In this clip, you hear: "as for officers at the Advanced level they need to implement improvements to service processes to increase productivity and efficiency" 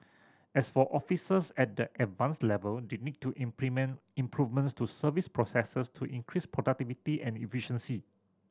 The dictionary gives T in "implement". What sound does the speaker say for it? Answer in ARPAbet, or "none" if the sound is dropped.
none